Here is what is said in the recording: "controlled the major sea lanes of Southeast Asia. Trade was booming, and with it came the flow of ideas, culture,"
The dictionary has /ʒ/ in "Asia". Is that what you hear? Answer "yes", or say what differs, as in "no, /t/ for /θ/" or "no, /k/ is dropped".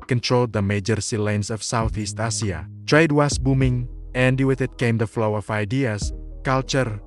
no, /s/ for /ʒ/